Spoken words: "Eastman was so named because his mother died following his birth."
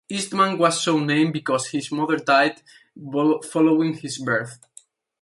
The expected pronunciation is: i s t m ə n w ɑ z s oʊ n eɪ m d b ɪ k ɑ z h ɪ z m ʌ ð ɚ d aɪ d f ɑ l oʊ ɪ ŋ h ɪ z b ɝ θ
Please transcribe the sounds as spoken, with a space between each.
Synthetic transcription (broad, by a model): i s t m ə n w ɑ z s oʊ n eɪ m b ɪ k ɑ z h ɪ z m ʌ ð ɚ d aɪ d f ɑ l oʊ ɪ ŋ h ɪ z b ɝ θ